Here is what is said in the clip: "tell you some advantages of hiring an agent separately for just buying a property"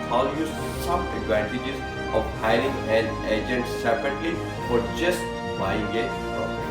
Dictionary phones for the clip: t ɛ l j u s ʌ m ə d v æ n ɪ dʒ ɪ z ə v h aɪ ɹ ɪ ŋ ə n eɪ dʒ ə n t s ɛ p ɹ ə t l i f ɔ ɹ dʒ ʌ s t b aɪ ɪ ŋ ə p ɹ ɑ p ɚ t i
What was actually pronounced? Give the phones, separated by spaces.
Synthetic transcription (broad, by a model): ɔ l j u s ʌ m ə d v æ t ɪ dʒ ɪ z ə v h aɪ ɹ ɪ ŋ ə l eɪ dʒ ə n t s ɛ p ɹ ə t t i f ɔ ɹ dʒ ʌ s t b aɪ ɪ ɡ ə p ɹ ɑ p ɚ